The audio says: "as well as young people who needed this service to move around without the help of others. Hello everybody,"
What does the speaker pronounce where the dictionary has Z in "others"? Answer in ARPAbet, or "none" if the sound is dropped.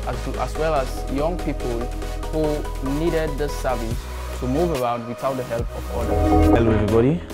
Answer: none